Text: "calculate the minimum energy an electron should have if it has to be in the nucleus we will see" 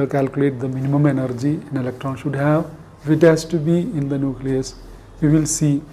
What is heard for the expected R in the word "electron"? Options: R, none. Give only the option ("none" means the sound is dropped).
R